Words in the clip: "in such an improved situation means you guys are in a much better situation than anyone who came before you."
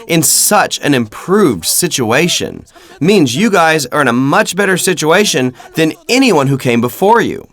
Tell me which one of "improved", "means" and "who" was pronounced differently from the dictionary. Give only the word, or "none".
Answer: none